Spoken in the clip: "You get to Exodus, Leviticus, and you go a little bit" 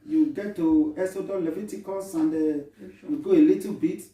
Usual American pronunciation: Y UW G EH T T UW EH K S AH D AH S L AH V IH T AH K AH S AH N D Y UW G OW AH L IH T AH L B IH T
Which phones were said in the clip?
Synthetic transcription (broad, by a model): Y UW G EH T T UW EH S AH D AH L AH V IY T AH K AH S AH N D Y UW G OW AH L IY T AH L B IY T